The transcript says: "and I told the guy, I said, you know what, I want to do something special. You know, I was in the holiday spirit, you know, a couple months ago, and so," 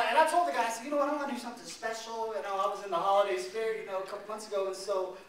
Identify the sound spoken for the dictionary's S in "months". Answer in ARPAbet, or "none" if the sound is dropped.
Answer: S